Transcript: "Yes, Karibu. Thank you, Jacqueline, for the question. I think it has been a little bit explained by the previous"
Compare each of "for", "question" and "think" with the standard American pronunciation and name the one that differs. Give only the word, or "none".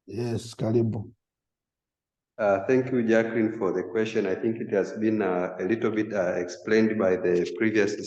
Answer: none